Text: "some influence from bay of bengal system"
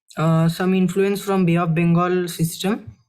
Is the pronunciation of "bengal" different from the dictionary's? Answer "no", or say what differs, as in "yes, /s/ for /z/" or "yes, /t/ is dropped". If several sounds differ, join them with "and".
no